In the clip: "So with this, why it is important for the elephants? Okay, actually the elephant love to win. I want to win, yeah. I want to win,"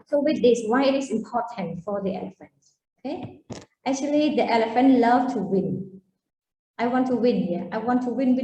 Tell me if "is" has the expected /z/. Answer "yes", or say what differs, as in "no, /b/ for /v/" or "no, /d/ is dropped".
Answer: no, /s/ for /z/